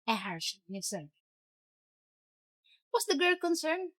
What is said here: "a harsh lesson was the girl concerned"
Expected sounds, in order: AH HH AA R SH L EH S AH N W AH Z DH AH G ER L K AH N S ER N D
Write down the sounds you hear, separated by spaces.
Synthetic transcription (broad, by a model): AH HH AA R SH N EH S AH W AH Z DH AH G ER L K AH N S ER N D